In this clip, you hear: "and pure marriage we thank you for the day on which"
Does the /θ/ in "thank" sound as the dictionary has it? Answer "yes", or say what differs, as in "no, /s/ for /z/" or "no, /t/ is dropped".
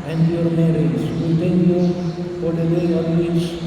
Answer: no, /t/ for /θ/